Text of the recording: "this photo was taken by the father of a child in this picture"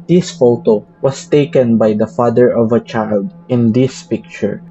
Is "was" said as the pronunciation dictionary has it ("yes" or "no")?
no